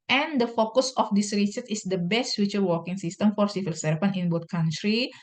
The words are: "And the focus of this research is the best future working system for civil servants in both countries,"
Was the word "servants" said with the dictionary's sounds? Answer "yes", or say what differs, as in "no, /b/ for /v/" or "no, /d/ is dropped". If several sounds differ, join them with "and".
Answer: no, /f/ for /v/